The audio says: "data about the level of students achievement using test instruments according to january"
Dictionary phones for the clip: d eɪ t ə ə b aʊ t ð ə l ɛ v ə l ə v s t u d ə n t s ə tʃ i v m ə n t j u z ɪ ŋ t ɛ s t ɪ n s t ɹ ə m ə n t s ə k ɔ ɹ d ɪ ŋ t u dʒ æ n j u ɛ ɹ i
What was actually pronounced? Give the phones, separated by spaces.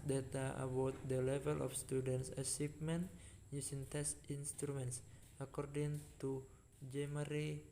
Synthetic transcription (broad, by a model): d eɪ t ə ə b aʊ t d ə l ɛ v ə l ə f s t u d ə n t s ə s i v m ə n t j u s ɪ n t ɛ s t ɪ n s t ɹ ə m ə n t s ə k ɔ ɹ d ɪ ŋ t u dʒ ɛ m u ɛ ɹ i